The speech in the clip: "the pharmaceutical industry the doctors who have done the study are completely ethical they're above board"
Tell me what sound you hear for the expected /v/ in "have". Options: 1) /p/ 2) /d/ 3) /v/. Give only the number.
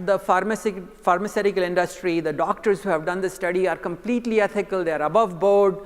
3